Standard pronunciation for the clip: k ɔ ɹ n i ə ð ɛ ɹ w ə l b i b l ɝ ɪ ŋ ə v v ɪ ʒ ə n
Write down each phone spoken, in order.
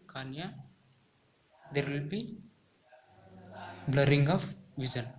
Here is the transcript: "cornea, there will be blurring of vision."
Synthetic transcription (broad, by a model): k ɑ n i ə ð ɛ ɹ w ə l b i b l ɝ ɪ ŋ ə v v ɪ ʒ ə n